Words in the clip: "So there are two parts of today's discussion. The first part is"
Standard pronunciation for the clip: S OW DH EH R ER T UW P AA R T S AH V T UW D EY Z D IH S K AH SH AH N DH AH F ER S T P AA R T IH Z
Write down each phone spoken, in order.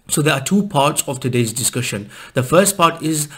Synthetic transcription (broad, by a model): S OW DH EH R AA T UW P AA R T S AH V T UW D EY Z D IH S K AH SH AH N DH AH F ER S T P AA T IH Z